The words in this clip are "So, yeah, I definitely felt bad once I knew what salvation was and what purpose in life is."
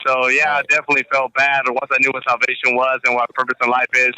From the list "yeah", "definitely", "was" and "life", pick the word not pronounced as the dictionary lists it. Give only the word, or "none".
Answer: none